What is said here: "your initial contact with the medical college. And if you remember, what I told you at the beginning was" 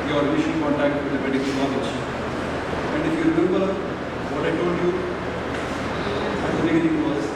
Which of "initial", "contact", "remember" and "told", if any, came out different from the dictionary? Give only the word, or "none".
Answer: initial